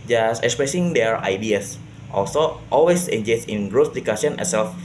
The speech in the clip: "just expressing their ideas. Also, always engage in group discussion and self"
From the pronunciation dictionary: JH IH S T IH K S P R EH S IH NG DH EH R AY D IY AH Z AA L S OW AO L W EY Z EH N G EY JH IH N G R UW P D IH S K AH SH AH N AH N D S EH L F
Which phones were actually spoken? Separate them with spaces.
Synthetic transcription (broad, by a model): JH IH S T IH K S P R EH S IH NG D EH R AY D IY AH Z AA L S OW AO L W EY S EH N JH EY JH IH N G R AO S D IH K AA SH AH N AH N S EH L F